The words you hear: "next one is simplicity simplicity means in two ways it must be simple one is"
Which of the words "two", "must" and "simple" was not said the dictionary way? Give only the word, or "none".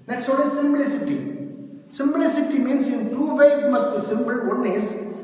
simple